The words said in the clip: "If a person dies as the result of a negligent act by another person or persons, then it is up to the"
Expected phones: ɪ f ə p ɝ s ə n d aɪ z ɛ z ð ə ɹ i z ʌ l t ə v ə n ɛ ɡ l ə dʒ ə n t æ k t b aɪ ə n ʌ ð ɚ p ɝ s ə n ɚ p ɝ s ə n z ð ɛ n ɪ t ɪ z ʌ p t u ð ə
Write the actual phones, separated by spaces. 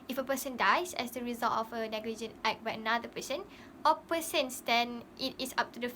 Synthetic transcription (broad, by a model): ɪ f ə p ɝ s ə n d aɪ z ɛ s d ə ɹ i z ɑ l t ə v ə n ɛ ɡ l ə dʒ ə n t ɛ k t b aɪ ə n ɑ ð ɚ p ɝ s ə n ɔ p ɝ s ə n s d ɛ n ɪ t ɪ s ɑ p t u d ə